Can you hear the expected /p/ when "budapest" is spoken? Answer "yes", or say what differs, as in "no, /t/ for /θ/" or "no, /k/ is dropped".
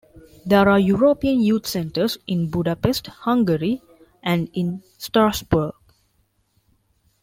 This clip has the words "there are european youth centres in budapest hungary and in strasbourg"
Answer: yes